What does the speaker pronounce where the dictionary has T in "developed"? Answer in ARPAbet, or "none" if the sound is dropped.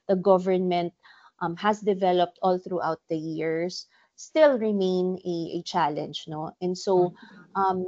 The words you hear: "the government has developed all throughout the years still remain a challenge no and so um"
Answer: T